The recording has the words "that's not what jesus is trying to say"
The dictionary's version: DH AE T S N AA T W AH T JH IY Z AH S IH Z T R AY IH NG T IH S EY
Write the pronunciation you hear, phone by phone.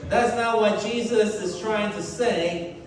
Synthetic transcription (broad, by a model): DH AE T S N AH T W AH T JH IY Z AH S IH Z T R AY IH NG T IH S EY